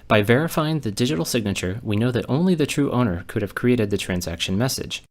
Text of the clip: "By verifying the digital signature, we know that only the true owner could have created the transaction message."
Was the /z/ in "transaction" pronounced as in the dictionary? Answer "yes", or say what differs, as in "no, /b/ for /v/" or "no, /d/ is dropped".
yes